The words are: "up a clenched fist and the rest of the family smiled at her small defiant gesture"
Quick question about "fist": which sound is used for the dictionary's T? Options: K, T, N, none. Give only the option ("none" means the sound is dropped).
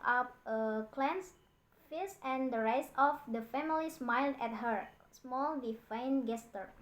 none